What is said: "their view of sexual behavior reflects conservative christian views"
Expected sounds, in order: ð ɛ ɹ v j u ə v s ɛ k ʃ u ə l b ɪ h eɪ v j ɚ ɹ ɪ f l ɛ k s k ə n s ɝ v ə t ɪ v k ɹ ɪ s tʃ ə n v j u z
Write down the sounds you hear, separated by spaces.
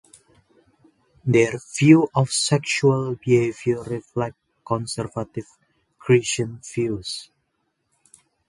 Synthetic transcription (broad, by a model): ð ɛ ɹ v j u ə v s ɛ k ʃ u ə l b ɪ h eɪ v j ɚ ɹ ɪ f l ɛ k k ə n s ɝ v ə t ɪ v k ɹ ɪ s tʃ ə n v j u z